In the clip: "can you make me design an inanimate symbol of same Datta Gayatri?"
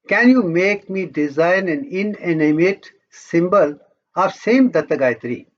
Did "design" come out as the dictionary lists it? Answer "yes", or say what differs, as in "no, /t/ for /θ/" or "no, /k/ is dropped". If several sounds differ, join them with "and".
yes